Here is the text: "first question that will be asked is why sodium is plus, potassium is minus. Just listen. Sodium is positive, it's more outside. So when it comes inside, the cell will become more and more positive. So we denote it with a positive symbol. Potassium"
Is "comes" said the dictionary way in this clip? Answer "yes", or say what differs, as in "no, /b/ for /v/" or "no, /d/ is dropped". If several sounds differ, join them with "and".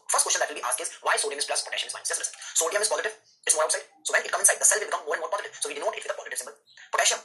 no, /z/ is dropped